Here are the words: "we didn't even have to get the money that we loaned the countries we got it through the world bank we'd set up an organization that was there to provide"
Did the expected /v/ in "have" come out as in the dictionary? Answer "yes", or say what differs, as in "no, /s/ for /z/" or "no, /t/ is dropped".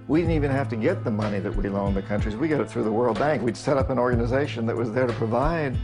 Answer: no, /f/ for /v/